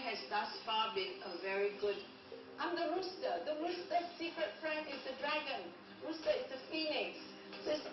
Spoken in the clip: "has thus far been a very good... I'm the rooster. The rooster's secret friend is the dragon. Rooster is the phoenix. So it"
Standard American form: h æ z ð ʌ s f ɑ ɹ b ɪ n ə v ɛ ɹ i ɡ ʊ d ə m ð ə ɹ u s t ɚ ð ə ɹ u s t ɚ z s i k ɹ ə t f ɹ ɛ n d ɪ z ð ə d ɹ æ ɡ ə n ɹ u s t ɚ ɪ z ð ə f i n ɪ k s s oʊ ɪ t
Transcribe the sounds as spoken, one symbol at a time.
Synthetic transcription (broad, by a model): h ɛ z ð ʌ s f ɑ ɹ b ɪ n ə v ɛ ɹ i ɡ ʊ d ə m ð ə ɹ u s t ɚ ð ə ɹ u s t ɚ s i k ɹ ə t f ɹ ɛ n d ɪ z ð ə d ɹ æ ɡ ə n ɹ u s t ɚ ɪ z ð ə f i n ɪ k s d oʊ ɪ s